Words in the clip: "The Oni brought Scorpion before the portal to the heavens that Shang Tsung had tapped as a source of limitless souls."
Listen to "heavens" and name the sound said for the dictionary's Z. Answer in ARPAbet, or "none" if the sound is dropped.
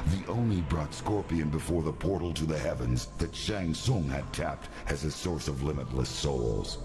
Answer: Z